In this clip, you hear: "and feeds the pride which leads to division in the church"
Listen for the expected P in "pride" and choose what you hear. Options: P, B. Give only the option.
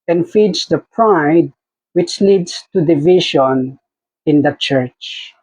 P